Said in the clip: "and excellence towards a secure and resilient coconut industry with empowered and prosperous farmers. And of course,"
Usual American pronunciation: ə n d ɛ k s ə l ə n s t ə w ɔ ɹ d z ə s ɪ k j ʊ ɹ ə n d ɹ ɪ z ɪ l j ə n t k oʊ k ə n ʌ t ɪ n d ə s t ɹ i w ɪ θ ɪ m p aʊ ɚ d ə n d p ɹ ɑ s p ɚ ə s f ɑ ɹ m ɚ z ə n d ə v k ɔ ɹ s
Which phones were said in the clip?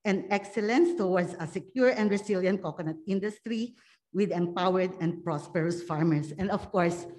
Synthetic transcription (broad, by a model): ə n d ɛ k s ə l ə n s t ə w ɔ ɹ d s ə s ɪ k j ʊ ɹ ə n d ɹ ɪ s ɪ l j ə n t k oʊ k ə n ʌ t ɪ n d ə s t ɹ i w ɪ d ɪ m p aʊ ɚ d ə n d p ɹ ɑ s p ɚ ə s f ɑ ɹ m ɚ s ə n d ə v k ɔ ɹ s